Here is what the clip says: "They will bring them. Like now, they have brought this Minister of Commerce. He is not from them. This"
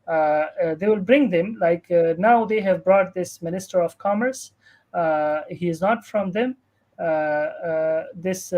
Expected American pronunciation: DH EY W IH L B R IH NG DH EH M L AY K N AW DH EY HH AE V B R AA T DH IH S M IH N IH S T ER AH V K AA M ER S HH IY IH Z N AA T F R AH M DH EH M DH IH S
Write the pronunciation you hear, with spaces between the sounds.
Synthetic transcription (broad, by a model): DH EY W IH L B R IH NG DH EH M L AY K N AW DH EY HH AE V B R AA T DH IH S M IH N IH S T ER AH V K AA M ER S HH IY IH Z N AA T F R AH M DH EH M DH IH S